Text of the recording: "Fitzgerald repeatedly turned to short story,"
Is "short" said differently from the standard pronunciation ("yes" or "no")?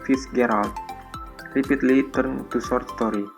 yes